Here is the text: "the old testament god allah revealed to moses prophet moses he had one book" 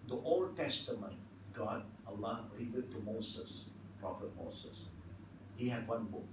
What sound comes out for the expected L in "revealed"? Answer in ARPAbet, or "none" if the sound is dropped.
none